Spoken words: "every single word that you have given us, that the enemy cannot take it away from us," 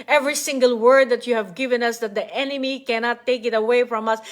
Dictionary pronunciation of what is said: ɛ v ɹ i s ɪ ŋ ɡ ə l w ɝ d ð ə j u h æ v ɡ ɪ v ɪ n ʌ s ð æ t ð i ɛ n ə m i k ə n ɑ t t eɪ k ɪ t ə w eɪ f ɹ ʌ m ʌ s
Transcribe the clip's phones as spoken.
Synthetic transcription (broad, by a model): ɛ v ɹ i s ɪ ŋ ɡ ə l w ɝ d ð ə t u h æ v ɡ ɪ v ɪ n ʌ s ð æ t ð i ɛ n ə m i k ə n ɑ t t eɪ k ɪ t ə w eɪ f ɹ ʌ m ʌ s